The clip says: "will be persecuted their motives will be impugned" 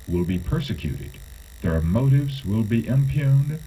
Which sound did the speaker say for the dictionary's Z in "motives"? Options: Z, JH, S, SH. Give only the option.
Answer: Z